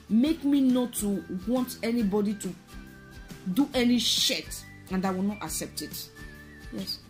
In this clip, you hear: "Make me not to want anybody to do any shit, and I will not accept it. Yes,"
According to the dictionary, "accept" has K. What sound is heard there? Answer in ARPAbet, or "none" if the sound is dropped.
K